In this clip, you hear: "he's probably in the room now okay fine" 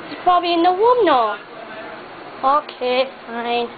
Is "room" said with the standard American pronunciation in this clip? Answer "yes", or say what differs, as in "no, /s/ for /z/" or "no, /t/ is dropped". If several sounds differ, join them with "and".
no, /w/ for /ɹ/